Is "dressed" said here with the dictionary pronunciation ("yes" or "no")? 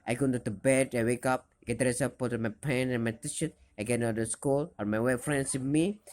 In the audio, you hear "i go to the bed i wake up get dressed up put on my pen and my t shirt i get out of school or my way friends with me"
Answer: no